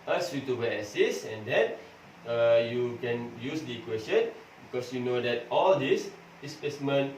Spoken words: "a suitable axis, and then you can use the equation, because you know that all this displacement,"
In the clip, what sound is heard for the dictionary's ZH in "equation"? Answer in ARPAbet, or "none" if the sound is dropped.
S